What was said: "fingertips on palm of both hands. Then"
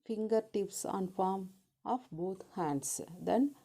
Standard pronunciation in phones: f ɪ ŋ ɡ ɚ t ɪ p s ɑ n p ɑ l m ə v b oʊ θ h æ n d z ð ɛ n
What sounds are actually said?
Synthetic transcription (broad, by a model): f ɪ ŋ ɡ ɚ t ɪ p s ɑ n f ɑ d m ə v b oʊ t h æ n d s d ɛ n